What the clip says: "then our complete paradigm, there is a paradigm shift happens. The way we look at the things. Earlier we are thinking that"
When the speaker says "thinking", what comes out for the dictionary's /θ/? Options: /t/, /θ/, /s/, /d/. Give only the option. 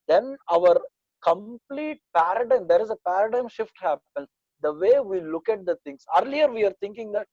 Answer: /t/